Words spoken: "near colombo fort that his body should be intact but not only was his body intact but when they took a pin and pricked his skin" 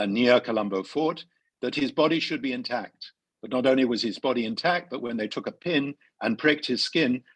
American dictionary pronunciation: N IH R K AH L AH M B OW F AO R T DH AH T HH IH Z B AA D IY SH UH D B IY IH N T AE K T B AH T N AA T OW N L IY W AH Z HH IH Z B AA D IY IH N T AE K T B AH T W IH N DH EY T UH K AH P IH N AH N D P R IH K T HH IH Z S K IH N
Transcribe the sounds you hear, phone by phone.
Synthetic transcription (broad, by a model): N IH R K AH L AH M B OW F AO R T DH AH T HH IH Z B AA D IY SH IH D B IY IH N T AE K T B AH T N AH T OW N L IY W AH Z IH Z B AA D IY IH N T AE K T B AH T W IH N DH EY T UH K AH P IH N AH N P R IH K T HH IH Z S K IH N